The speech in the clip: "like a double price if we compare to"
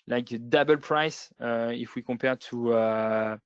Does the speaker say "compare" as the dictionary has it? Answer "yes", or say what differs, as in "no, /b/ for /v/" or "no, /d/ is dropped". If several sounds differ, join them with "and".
no, /m/ is dropped